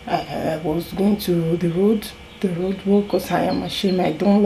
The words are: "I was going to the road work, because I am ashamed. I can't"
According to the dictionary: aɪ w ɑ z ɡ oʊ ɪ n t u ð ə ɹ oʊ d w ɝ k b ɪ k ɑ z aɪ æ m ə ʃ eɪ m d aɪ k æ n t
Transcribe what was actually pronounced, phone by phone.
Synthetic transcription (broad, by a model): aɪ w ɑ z ɡ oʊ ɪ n t u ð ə ɹ oʊ d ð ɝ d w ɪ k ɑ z aɪ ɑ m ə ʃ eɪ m aɪ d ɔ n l